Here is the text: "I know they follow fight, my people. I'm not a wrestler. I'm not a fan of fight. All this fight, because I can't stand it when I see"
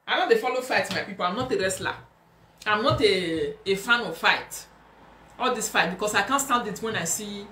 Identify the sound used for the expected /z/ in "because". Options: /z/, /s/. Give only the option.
/s/